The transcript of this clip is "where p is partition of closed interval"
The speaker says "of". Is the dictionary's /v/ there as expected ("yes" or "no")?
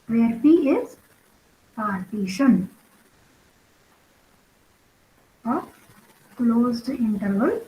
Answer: no